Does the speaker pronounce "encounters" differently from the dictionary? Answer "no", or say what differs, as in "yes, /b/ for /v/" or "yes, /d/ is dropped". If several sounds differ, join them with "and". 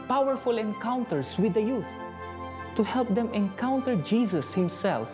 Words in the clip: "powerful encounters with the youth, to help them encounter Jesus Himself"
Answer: yes, /s/ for /z/